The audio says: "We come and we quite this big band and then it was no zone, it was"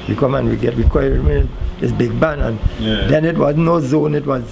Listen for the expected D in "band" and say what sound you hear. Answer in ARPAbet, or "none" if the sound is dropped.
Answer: none